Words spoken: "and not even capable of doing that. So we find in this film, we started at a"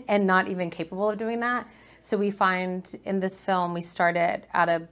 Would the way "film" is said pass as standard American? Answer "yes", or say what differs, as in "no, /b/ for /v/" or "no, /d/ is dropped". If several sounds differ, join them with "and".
yes